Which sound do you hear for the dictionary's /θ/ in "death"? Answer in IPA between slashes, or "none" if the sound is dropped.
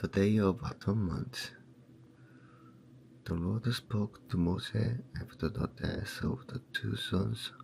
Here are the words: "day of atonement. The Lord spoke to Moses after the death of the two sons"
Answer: /s/